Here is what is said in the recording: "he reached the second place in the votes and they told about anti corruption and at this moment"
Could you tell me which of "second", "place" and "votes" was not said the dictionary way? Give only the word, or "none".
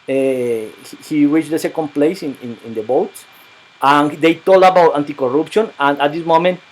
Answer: votes